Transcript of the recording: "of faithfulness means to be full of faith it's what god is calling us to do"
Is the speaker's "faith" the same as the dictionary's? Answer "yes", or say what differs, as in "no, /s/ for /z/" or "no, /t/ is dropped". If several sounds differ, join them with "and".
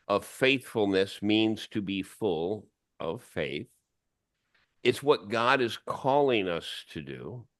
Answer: yes